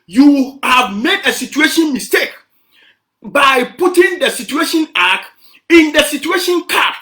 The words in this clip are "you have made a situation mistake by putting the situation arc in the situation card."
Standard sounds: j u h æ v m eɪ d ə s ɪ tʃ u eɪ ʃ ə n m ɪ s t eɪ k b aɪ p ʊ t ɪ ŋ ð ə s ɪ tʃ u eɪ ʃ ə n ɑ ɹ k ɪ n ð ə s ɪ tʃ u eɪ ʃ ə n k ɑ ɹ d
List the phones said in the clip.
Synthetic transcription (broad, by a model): j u h æ v m eɪ d ə s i tʃ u eɪ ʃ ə n m ɪ s t eɪ k b aɪ p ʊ t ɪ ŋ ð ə s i tʃ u eɪ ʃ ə n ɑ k ɪ n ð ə s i tʃ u eɪ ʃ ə n k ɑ